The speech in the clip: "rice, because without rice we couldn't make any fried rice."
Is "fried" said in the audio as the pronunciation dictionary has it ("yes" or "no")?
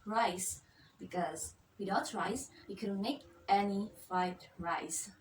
no